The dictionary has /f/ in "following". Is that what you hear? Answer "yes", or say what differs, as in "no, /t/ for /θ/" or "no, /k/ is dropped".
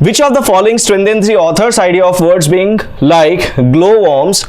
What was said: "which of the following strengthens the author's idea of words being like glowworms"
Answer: yes